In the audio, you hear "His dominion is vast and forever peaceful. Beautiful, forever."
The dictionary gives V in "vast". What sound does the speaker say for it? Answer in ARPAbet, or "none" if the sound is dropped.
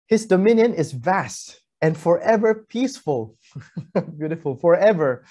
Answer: V